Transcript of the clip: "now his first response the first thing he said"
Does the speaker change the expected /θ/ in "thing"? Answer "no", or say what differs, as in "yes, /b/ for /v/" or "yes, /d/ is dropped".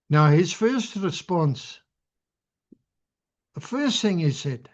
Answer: no